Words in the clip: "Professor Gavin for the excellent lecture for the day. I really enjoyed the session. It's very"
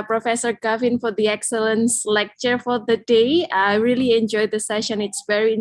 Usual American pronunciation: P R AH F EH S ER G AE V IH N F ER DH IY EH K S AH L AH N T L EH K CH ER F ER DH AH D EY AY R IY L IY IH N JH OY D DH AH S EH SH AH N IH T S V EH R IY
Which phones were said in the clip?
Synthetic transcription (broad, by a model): P R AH F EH S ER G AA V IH N F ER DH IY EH K S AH L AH N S L EH K CH ER F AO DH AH D EY AY R IY L IY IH N JH OY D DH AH S EH SH AH N IH T S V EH R IY